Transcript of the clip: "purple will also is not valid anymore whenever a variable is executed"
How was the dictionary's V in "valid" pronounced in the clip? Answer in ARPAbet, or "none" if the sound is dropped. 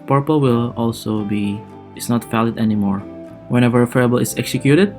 F